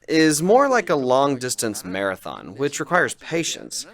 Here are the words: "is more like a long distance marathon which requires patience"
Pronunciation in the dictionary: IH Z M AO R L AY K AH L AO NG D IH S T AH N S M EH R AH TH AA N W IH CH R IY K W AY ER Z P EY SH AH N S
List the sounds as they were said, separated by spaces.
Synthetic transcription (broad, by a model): IH Z M AO R L AY K AH L AO NG D IH S T AH N S M EH R AH TH AA N W IH CH R IY K W AY ER Z P EY SH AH N S